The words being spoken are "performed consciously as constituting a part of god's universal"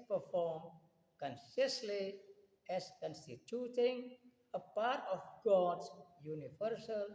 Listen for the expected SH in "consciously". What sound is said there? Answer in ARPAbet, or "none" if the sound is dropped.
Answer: S